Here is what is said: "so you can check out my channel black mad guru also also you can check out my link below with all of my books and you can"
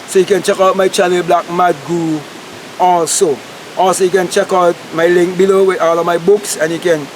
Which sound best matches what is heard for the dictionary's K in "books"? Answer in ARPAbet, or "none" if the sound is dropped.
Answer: K